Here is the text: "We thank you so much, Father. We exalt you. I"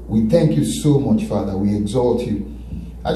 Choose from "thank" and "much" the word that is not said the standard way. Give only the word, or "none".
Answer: none